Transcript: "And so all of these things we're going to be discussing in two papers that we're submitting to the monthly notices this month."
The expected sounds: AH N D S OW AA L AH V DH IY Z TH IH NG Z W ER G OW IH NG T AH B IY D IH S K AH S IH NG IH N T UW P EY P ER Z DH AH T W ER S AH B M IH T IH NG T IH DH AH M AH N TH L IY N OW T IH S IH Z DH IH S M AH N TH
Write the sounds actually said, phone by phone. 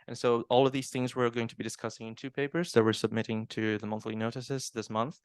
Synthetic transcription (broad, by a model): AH N S OW AA L AH V DH IY Z TH IH NG Z W ER G OW IH NG T AH B IY D IH S K AH S IH NG IH N T UW P EY P ER Z DH AH T W ER S AH B M IH T IH NG T IH DH AH M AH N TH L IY N OW T IH S IH Z DH IH S M AH N TH